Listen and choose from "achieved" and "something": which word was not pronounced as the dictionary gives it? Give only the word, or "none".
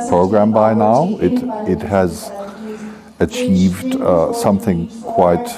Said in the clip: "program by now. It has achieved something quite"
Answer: none